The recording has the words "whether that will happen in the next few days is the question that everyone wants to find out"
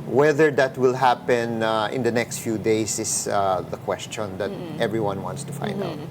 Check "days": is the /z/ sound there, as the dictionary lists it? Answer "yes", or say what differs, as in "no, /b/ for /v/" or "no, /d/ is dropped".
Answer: no, /s/ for /z/